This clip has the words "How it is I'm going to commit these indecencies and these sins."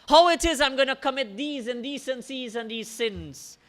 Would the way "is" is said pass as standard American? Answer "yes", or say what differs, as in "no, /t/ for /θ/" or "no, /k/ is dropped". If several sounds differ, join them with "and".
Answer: yes